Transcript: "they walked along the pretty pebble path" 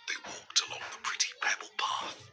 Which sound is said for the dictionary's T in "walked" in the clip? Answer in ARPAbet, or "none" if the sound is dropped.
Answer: T